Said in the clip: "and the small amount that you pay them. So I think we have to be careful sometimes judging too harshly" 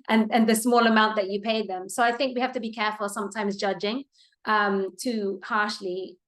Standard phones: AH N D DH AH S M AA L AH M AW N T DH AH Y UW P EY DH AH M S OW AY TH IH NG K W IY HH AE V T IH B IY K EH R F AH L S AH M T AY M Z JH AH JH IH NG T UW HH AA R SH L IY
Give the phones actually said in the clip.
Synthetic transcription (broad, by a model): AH N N DH AH S M AA L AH M AW N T DH AH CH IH P EY DH AH M S OW AY TH IH NG K W IY HH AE F T IH B IY K EH R F AH L S AH M T AY M Z JH AH JH IH NG T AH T AA R SH L IY